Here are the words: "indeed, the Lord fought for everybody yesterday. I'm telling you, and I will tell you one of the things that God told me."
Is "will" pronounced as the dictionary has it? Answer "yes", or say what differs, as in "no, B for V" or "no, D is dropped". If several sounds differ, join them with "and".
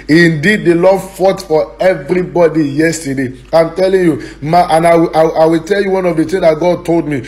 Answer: no, W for L